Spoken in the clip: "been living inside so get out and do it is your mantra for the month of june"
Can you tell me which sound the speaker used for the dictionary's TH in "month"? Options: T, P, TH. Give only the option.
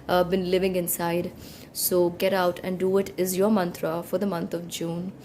T